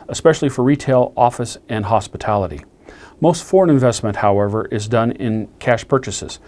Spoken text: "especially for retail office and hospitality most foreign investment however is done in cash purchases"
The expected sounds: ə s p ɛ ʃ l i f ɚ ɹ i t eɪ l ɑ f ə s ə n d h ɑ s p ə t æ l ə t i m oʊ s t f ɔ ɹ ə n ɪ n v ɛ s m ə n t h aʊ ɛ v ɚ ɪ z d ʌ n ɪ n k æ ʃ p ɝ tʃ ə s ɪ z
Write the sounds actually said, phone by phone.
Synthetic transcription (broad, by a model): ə s p ɛ ʃ l i f ɚ ɹ i t eɪ l ɑ f ə s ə n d h ɑ s p ə t æ l ə t i m oʊ s t f ɔ ɹ ə n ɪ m v ɛ s m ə n t h aʊ ɛ v ɚ ɪ z d ʌ n ɪ n k æ ʃ p ɝ tʃ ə s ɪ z